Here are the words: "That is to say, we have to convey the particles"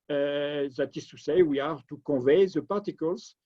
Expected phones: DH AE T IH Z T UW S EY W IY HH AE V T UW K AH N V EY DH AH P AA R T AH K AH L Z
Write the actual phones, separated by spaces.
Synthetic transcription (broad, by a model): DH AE T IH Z T UW S EY W IY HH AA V T UW K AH V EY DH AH P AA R T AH K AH L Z